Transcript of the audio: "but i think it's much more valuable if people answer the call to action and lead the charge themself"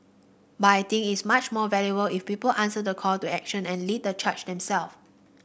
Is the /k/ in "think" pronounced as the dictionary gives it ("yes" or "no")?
no